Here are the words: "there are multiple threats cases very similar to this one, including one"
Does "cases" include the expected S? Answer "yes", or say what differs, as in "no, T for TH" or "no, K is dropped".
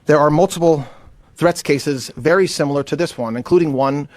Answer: yes